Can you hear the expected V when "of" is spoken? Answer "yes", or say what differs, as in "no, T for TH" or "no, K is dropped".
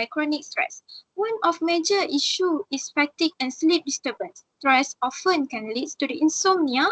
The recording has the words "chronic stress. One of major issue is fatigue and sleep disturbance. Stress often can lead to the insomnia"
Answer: no, F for V